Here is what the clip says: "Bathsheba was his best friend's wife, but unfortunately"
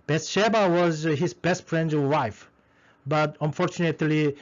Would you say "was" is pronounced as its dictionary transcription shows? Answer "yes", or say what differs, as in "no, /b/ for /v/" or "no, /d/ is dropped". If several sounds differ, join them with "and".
yes